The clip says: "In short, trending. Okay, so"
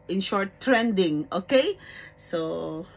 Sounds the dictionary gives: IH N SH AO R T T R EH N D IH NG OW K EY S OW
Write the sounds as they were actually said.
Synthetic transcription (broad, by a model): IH N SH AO R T T R EH N D IH NG OW K EY S OW